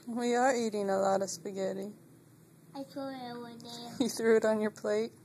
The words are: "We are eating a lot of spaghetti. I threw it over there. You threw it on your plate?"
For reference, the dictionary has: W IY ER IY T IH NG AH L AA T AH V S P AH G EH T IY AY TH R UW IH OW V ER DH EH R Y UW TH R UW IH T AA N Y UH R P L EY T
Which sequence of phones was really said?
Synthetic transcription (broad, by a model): W IY ER IY T IH NG AH L AA T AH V S P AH G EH T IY AY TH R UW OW W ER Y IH TH R UW IH T N Y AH R P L EY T